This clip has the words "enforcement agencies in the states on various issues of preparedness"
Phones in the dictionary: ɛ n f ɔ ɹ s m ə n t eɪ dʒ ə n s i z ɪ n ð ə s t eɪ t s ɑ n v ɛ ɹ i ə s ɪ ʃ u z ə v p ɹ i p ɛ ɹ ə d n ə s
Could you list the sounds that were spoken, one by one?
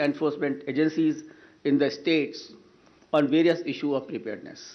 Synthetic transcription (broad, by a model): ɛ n f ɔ ɹ s m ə n t eɪ dʒ ə n s i z ɪ n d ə s t eɪ t s ɑ n v ɛ ɹ i ə s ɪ ʃ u ə v p ɹ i p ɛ ɹ d n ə s